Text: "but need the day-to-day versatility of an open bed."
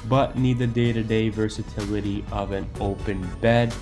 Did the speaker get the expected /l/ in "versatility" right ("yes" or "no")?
yes